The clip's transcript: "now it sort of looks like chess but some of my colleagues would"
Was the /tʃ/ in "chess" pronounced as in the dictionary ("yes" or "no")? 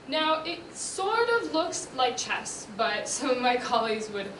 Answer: yes